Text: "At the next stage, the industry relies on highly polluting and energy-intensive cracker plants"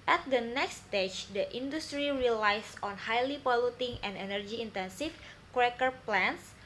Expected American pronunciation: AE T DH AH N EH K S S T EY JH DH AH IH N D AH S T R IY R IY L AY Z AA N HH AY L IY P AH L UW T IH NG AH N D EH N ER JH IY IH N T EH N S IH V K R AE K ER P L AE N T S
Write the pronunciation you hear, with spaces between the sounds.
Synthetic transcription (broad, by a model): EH T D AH N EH K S S T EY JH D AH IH N D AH S T R IY R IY L AY S AA N HH AY L IY P AH L UW T IH NG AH N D EH N ER JH IY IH N T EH N S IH F K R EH K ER P L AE N S